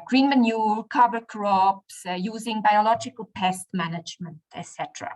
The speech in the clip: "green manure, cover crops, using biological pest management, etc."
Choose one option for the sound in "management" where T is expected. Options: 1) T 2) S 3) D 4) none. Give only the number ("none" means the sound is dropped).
1